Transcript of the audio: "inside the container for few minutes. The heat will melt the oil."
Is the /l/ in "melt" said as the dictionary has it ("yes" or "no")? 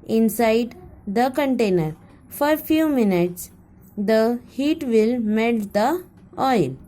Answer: no